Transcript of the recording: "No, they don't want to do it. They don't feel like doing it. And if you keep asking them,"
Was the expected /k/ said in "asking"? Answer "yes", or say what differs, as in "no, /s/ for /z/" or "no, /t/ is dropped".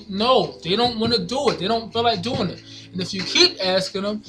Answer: yes